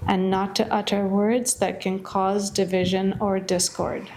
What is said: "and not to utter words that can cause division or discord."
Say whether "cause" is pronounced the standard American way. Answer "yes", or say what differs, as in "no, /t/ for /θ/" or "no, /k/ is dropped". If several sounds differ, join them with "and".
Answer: yes